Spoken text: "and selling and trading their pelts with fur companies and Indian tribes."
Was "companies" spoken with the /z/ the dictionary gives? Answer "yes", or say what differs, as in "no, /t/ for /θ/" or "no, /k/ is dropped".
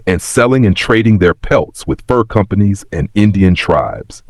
yes